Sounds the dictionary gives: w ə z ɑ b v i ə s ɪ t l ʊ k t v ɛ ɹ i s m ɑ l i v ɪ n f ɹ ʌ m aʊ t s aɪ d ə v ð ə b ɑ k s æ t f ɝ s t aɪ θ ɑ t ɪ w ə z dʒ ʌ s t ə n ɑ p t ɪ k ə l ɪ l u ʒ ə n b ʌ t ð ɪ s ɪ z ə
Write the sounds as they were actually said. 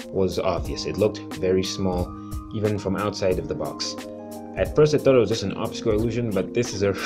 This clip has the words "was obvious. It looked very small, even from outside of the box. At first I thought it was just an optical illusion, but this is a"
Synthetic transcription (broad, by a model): w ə z ɑ b v i ə s ɪ t l ʊ k t v ɛ ɹ i s m ɑ l i v ɪ n f ɹ ʌ m aʊ t s aɪ d ə v ð ə b ɑ k s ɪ t f ɝ s t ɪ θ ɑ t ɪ w ə z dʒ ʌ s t ə n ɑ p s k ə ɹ ɪ l u ʒ ə n b ʌ t ð ɪ s ɪ z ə